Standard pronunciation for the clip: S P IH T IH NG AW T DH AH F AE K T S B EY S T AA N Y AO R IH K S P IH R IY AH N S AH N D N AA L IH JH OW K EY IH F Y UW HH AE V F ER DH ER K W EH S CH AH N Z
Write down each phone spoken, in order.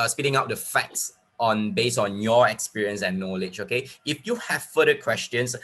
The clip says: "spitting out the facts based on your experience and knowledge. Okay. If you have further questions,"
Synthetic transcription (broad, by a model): S P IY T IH NG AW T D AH F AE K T S B EY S AA N Y AO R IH K S P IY R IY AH N S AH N N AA L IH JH OW K EY IH F Y UW HH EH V F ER ER K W EH S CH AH N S